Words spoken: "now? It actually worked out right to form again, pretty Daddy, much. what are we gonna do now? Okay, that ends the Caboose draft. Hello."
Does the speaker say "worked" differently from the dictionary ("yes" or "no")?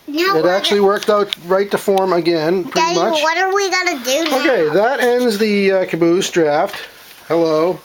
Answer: no